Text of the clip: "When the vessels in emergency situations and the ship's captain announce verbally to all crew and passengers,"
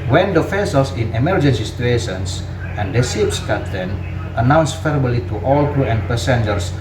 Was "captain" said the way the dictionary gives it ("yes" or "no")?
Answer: no